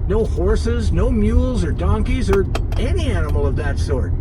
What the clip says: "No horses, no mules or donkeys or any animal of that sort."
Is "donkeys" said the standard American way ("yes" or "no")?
yes